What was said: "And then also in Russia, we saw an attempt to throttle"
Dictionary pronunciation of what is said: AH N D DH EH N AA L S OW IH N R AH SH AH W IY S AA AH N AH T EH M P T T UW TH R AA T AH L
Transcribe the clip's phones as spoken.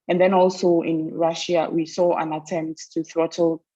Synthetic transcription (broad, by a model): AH N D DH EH N AA L S OW IH N R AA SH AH W IY S AA AH N AH T EH M P T T UW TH R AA T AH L